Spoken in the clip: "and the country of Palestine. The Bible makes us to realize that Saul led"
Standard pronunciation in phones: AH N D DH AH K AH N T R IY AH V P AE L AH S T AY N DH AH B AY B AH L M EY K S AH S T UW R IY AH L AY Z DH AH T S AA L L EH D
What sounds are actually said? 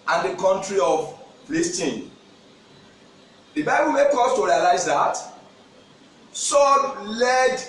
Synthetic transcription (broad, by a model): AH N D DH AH K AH N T R IY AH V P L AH S T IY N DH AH B AY B AH L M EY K AO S T UW R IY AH L AY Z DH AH T S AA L L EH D